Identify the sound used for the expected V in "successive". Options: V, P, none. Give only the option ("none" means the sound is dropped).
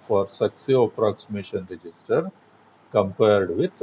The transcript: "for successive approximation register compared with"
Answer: none